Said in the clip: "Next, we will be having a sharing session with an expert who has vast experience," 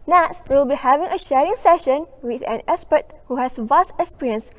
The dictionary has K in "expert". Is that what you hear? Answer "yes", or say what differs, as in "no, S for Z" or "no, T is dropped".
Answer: no, K is dropped